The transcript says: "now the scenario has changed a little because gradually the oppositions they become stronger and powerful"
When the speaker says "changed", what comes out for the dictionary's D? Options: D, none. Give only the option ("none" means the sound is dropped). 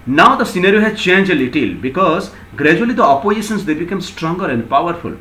none